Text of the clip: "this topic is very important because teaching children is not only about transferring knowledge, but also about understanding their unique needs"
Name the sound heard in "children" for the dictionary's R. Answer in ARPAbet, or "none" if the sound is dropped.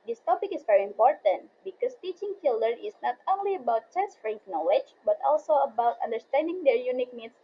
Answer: none